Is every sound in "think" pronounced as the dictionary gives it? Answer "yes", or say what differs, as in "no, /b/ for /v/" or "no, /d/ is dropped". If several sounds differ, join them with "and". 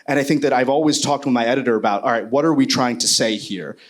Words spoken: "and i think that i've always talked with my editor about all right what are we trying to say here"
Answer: yes